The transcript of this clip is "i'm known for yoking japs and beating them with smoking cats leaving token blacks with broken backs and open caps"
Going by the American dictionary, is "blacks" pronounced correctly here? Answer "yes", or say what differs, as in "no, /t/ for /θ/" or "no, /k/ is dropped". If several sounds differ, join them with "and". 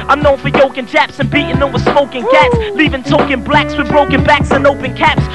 yes